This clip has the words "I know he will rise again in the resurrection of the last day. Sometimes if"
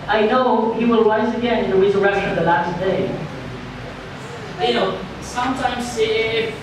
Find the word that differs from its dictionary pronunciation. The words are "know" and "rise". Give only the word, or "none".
rise